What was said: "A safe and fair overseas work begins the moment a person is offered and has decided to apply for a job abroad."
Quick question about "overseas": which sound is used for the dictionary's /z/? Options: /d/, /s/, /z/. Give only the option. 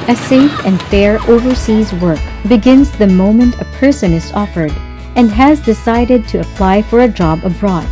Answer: /z/